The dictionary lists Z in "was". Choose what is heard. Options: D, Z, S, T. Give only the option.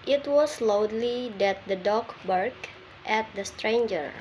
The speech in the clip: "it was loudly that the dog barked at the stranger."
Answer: S